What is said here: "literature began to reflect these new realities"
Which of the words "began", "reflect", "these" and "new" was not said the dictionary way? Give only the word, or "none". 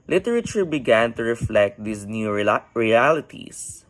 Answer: these